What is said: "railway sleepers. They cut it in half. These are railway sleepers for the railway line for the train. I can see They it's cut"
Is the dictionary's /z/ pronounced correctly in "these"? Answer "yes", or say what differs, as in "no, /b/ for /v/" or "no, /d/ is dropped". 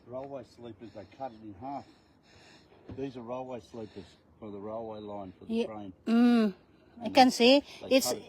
yes